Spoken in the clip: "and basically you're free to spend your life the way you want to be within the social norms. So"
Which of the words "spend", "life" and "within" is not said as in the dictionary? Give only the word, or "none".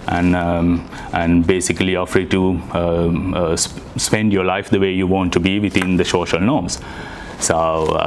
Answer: within